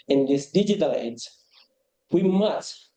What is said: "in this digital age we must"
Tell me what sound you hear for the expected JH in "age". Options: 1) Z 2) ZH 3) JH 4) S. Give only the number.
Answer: 1